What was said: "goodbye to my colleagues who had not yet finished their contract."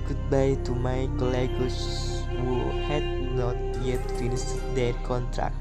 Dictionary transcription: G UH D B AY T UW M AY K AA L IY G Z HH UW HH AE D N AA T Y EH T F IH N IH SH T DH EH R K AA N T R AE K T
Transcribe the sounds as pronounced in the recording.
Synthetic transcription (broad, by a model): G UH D B AY T UW M AY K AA L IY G S HH UW HH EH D N AA T Y EH T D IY L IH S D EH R K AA N T R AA K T